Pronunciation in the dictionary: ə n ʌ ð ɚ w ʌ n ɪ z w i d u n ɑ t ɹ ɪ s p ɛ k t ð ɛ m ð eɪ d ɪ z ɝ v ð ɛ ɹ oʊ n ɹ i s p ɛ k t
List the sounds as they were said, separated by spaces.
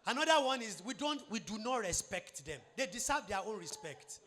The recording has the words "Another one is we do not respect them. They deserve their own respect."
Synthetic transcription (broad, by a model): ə n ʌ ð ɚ w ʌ n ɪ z w i d u n ɑ t ɹ ɪ s p ɛ k t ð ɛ m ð eɪ d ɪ s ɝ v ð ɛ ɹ oʊ n ɹ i s p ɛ k t